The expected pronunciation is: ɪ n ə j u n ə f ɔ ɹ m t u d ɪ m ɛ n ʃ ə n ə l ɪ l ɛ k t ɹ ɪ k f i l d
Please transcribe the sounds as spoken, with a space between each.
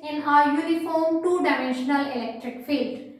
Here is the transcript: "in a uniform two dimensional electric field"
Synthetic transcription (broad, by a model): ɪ n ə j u l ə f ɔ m t u d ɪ m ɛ n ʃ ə n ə l ɪ l ɛ k t ɹ ɪ k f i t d